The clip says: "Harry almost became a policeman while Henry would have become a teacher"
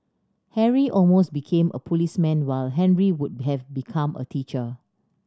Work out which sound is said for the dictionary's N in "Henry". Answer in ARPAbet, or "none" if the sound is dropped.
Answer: N